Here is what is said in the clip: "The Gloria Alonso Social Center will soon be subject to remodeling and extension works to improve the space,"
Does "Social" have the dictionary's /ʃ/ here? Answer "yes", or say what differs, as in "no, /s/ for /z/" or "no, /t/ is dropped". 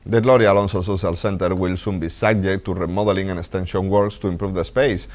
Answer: no, /s/ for /ʃ/